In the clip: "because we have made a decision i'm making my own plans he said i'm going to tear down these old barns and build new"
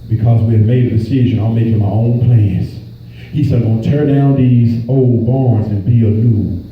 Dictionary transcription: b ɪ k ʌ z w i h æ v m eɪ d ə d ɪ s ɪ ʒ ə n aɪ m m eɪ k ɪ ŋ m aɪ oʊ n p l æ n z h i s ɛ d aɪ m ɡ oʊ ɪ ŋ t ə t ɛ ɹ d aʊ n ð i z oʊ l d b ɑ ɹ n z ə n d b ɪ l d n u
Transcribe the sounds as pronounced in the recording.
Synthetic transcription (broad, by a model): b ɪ k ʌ z w i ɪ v m eɪ d ə d ɪ s ɪ ʒ ə n aɪ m m eɪ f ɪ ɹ m aɪ oʊ n p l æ n s h i s ɛ d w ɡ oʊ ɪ t ə ɹ d aʊ n ð i z oʊ l d b ɑ ɹ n z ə n b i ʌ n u